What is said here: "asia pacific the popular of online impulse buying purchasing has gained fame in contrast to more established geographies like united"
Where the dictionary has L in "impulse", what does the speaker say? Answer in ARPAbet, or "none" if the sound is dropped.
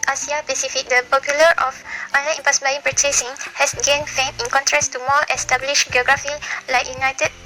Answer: none